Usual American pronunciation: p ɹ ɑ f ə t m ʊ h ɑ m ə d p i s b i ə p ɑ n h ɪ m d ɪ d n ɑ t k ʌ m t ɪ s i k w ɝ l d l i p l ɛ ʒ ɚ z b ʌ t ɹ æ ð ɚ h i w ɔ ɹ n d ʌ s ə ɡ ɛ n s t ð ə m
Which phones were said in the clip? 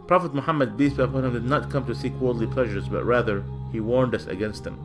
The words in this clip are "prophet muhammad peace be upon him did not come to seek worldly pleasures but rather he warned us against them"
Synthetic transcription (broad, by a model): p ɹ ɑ f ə t m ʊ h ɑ m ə d b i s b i ə p ɑ n h ɪ m d ɪ d n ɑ t k ʌ m t ɪ s i k w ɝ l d l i p l ɛ ʒ ɚ z b ʌ t ɹ æ ð ɚ h i w ɔ ɹ n d ʌ s ə ɡ ɛ n s t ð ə m